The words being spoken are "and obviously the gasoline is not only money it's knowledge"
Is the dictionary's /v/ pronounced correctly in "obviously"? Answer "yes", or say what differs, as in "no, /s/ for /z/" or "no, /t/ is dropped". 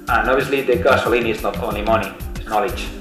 no, /v/ is dropped